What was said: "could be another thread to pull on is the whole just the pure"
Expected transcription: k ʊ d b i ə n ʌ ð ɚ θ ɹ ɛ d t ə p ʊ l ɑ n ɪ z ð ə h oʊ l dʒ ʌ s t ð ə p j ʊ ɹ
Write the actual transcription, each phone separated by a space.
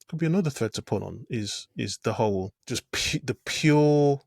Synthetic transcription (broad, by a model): k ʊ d b i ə n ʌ ð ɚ θ ɹ ɛ d t ə p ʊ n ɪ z ɪ z ð ə h oʊ l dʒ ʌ s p ð ə p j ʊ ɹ